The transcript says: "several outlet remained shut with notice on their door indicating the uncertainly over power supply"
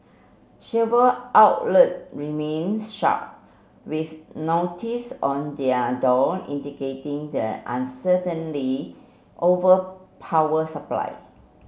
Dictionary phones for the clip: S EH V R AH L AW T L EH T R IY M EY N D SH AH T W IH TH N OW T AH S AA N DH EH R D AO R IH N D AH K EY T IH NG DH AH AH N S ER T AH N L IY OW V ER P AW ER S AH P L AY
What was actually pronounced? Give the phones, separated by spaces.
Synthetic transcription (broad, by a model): SH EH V AH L AW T L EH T R IY M EY N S SH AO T W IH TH N OW T AH S AA N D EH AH D AO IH N D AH K EY T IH NG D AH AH N S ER T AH N L IY OW V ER P AW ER S AH P L AY